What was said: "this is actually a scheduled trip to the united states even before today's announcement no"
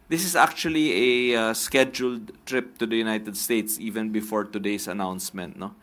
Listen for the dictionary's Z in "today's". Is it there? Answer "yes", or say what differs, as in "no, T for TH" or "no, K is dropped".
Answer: no, S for Z